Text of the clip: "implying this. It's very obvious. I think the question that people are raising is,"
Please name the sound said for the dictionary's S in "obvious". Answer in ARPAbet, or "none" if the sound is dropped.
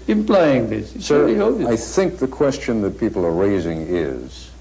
none